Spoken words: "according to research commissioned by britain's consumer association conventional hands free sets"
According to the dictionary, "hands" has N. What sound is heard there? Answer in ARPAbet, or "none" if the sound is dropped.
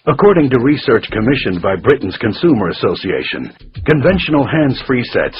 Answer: N